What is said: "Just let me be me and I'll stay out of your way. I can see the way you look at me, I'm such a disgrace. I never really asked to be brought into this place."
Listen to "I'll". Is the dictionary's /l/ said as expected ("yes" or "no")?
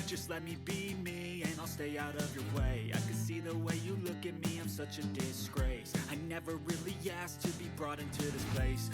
yes